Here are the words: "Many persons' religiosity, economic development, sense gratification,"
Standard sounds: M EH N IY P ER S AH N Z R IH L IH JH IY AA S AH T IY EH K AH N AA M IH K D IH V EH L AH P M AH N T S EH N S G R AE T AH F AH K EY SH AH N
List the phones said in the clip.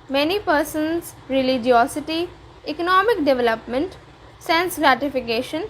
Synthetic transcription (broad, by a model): M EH N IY P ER S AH N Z R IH L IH JH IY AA S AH T IY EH K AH N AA M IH K D IH V EH L AH P M AH N T S EH N S G R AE T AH F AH K EY SH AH N